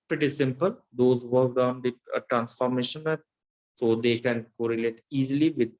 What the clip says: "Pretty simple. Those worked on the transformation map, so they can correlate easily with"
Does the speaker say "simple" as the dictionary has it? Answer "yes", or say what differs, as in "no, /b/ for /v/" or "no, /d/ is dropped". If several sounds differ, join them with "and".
yes